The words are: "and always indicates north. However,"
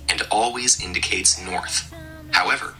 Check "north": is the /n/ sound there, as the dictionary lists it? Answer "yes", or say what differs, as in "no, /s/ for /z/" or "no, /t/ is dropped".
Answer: yes